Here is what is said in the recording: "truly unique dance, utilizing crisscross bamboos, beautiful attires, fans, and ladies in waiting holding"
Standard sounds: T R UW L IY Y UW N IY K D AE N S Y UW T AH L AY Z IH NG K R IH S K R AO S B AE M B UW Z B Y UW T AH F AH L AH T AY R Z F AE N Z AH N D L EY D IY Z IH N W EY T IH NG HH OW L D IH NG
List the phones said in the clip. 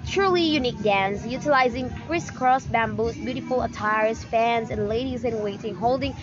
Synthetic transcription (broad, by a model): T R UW L IY Y UW N IY K D AE N S Y UW T AH L AY Z IH NG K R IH S K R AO S B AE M B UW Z B Y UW T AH F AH L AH T AY R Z F AE N Z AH N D L EY D IY Z IH N W EY T IH NG HH OW L D IH NG